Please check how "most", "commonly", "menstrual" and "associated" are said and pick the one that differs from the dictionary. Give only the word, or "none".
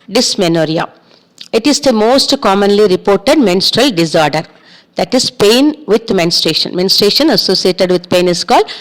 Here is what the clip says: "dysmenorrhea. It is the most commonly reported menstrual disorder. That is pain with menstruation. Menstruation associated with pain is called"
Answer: none